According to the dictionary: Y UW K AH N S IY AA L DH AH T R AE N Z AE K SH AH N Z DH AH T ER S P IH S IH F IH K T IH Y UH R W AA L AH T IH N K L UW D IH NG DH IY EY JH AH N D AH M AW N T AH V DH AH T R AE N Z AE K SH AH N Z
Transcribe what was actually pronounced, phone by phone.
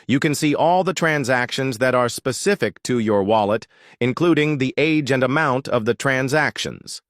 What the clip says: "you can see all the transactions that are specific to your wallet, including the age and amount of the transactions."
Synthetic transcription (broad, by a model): Y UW K AH N S IY AA L DH AH T R AE N Z AE K SH AH N Z DH AH T ER S P IH S IH F IH K T IH Y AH R W AA L AH T IH N K L UW D IH NG DH IY EY JH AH N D AH M AW N T AH V DH AH T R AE N Z AE K SH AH N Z